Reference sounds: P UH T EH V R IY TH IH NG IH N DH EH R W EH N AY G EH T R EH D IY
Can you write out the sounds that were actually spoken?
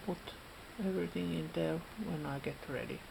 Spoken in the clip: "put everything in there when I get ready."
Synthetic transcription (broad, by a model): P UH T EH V R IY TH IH NG IH N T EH L W EH N AY G EH T R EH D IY